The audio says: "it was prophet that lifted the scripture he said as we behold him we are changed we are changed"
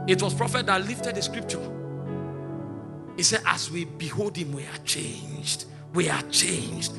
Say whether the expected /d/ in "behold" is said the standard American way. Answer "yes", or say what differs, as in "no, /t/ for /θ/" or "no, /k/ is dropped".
yes